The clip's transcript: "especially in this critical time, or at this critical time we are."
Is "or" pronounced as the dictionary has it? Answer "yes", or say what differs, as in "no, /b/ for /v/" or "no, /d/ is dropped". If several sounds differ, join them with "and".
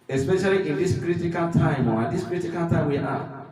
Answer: no, /w/ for /ɹ/